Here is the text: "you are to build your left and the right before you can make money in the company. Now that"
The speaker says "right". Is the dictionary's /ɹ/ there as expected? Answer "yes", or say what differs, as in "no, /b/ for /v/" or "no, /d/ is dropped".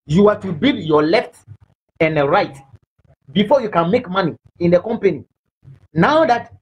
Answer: yes